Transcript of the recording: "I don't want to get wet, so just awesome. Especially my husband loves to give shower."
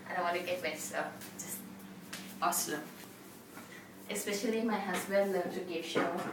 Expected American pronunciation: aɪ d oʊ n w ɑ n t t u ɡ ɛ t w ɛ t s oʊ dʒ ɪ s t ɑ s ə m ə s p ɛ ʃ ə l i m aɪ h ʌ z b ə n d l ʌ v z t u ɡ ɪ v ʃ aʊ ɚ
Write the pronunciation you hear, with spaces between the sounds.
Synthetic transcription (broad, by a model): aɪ d oʊ n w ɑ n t t u ɡ ɛ t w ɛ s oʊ dʒ ɪ s t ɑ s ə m ə s p ɛ ʃ ə l i m aɪ h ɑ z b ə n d l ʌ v t u ɡ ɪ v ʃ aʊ